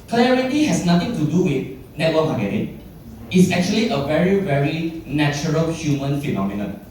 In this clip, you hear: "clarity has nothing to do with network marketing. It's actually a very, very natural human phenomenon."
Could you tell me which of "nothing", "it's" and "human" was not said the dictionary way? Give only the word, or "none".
nothing